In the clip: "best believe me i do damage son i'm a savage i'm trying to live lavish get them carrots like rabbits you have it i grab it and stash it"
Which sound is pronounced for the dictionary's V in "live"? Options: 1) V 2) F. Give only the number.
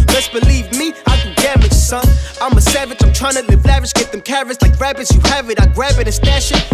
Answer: 2